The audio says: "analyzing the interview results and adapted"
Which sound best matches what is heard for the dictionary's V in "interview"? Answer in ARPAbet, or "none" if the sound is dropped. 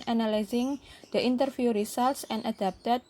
F